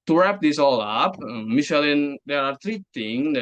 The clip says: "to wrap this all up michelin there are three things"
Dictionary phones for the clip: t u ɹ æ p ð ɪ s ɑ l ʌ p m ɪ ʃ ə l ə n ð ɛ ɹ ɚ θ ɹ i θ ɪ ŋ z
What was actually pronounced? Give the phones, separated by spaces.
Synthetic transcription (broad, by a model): t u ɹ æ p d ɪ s ɑ l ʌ p m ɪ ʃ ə l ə n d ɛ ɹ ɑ t ɹ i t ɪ ŋ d